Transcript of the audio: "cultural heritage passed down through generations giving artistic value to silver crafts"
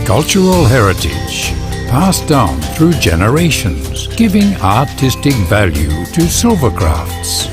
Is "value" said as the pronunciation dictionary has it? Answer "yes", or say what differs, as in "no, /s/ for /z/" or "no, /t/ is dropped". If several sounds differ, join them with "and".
yes